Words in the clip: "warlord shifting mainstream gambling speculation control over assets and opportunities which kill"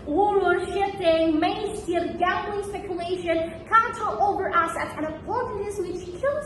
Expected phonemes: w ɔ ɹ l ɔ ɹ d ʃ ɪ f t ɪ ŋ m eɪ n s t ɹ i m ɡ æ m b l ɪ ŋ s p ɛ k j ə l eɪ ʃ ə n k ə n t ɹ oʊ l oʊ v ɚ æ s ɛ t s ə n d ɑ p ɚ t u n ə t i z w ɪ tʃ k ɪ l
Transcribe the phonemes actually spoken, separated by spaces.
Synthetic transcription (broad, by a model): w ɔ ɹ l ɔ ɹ ʃ ɪ f t ɪ ŋ m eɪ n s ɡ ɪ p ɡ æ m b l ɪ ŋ s p ɛ k j ə l eɪ ʃ ə n k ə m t oʊ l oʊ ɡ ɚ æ s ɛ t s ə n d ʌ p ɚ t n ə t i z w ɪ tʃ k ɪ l